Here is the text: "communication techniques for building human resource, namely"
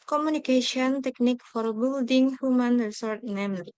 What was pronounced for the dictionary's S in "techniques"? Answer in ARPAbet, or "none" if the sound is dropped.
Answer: none